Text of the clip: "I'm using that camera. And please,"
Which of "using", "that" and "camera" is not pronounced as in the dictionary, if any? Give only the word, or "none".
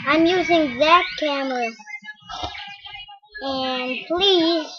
none